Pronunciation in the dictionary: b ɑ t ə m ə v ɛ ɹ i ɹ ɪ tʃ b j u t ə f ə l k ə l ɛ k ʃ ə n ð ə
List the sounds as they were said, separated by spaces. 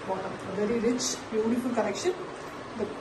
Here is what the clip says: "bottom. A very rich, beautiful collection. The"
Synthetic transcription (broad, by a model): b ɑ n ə ə v ɛ ɹ i ɹ ɪ tʃ b j u t ə f ə l k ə n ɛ k ʃ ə n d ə